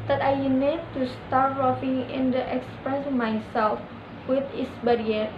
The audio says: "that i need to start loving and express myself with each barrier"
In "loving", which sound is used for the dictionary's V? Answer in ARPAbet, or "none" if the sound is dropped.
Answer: F